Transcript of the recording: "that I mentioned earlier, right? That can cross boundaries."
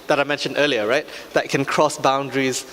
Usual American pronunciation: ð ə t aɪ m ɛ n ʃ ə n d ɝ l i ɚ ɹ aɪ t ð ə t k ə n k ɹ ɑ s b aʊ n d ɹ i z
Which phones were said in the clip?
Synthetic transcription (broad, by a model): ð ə t aɪ m ɛ n ʃ ə n d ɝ l i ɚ ɹ aɪ t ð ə t k ə n k ɹ ɑ s b aʊ n d ɹ i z